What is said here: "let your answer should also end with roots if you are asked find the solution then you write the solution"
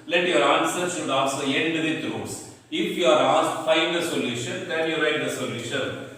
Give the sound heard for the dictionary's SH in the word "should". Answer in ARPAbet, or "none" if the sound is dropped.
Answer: S